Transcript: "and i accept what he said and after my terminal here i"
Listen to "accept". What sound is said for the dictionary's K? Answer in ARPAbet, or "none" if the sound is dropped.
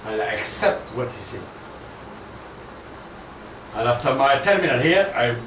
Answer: K